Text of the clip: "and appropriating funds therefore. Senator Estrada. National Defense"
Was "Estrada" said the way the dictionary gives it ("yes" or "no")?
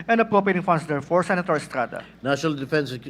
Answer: yes